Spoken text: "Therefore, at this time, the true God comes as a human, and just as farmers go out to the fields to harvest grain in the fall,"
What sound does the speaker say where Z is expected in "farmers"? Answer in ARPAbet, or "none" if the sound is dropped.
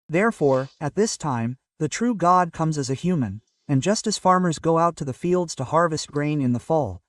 Z